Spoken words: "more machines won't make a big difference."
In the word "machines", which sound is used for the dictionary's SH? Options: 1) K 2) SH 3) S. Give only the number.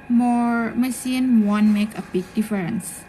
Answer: 3